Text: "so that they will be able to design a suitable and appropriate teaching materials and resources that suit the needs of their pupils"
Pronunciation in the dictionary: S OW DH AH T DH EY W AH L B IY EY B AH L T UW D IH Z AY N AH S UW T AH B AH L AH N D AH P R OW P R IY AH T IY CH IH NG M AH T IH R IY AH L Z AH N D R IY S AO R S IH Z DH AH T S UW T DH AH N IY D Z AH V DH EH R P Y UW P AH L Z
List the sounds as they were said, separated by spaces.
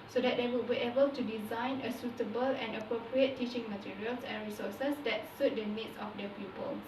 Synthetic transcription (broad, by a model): S OW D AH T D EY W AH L B IY EY B AH L T UW D IH Z AY N AH S UW T AH B AH L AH N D AH P R OW P R IY AH T IY CH IH NG M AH T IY R IY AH L S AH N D R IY S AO S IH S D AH T S UW T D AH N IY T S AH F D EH P Y UW P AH L